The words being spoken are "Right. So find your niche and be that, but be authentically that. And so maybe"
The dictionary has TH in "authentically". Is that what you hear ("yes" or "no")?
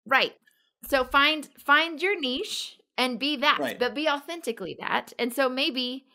yes